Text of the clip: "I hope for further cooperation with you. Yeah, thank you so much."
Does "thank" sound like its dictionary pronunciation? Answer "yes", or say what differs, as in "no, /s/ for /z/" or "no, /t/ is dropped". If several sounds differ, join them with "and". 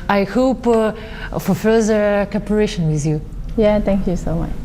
no, /t/ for /θ/